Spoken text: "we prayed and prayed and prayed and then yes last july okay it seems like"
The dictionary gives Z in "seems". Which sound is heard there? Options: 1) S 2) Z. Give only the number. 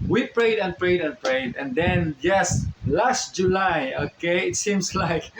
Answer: 1